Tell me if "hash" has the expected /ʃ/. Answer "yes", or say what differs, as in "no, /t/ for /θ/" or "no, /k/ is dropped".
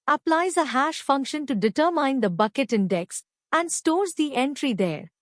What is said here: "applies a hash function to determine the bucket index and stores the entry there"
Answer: yes